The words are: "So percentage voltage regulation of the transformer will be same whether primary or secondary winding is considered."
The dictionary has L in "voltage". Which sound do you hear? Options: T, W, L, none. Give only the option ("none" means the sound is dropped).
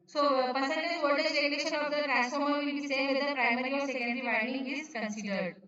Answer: none